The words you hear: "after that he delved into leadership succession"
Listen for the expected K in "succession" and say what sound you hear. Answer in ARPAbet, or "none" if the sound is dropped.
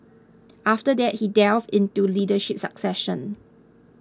K